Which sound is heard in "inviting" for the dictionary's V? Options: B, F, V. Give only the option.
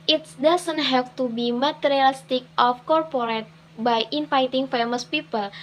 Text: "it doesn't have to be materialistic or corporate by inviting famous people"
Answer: F